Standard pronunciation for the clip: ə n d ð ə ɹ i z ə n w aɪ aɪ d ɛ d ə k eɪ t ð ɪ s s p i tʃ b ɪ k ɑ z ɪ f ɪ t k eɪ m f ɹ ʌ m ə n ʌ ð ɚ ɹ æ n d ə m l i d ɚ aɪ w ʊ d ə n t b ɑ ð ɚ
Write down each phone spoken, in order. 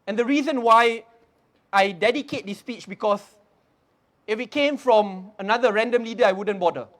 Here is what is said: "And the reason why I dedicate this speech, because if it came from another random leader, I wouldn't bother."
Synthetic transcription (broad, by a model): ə n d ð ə ɹ i z ə n w aɪ aɪ d ɛ d ə k eɪ t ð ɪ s s p i tʃ b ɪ k ɑ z ɪ f ɪ t k eɪ m f ɹ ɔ m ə n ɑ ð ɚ ɹ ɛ n d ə m l i d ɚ aɪ w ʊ d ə n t b ɑ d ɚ